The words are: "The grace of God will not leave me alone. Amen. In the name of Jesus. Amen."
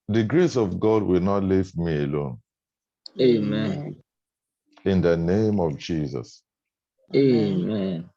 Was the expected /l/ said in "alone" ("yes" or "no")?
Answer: yes